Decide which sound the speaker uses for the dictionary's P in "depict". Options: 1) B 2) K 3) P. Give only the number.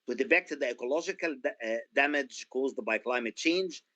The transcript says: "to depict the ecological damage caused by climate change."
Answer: 1